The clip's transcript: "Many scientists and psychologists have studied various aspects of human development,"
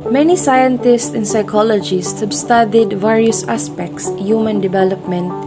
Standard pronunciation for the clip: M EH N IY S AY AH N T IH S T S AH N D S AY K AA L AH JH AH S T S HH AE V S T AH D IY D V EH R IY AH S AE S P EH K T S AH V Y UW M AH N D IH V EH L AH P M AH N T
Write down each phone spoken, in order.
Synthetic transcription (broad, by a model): M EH N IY S AY AH N T IH S T S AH N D S AY K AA L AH JH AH S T HH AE B S T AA D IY D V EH R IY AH S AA S P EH K T S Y UW M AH N D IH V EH L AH P M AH N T